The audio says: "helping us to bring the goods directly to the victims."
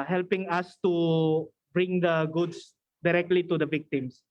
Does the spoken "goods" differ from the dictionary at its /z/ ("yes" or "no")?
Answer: yes